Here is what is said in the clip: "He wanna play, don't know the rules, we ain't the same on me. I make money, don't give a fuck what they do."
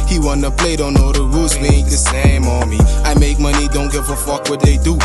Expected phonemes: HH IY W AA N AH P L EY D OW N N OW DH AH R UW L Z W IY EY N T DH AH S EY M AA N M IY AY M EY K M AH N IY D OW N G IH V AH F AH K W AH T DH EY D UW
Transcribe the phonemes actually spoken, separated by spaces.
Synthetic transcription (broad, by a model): HH IY W AA N AH P L EY D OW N N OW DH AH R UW Z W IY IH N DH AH S EY M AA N M IY AY M EY K M AH N IY D OW N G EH F AH F AH K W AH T DH EY D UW